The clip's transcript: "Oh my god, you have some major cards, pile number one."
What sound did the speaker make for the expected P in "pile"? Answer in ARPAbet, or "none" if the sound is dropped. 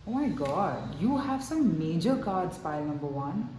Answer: F